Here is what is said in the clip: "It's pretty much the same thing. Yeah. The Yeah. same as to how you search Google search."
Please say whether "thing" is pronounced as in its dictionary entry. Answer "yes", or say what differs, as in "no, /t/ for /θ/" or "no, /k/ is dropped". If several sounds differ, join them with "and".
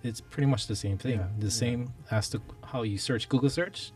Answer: yes